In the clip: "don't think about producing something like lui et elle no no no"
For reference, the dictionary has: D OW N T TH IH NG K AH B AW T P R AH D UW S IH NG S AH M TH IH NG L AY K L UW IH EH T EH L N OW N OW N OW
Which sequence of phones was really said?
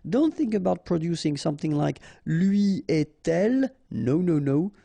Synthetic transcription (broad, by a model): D OW N T TH IH NG K AH B AW T P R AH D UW S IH NG S AH M TH IH NG L AY K L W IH EH T EH L N OW N OW N OW